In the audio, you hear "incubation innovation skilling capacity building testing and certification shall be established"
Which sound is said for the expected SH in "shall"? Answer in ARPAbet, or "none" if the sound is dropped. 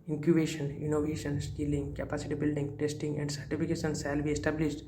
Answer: S